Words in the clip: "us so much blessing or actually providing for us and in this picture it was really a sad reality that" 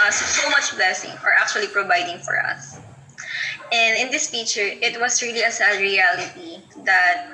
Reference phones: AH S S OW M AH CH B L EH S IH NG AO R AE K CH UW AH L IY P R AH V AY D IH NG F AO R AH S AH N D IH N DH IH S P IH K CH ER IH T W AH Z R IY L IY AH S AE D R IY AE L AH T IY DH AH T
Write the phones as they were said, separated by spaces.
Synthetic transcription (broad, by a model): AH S S OW M AH CH B L EH S IH NG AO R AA K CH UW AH L IY P R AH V AY D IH NG F AO R AH S AH N D IH N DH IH S F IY CH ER IH T W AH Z R IY L IY AH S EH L R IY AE L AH T IY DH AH T